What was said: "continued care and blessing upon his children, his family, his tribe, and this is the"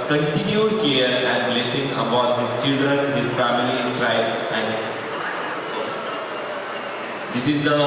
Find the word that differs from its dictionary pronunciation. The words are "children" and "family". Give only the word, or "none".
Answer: family